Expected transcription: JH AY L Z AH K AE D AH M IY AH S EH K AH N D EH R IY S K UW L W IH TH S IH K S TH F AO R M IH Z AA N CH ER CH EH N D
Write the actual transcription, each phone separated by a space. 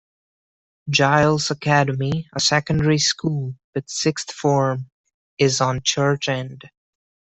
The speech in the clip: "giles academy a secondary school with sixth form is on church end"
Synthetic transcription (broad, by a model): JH AY L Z AH K AE D AH M IY AH S EH K AH N D EH R IY S K UW L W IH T S IH K S TH F AO R M IH Z N CH ER CH EH N D